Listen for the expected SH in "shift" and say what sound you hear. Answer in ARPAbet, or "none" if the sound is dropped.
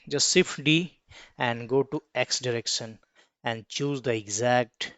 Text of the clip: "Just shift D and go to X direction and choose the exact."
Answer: S